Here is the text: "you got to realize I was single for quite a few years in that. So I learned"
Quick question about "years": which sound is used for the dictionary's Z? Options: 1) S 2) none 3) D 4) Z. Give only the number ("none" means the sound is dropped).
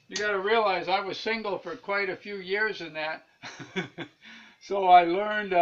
4